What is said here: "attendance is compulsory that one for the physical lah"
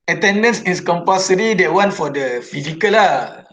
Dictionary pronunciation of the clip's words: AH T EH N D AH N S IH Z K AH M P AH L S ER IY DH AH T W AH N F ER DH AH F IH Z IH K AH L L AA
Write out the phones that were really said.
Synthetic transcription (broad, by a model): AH T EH N D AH N S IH S K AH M P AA S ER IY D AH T W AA N F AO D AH F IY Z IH K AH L L AA